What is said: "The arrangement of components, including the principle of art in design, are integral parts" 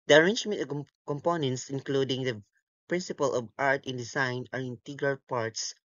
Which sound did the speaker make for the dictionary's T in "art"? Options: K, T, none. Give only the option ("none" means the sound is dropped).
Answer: T